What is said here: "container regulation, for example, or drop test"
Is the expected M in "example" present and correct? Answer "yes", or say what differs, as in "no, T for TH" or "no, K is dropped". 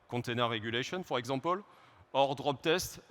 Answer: no, M is dropped